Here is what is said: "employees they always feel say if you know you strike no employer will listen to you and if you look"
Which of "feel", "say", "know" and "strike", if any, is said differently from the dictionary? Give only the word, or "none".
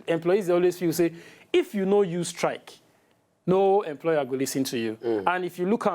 feel